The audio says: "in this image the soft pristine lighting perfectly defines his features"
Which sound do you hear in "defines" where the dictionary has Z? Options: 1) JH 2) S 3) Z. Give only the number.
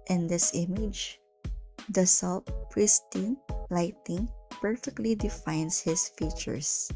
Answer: 2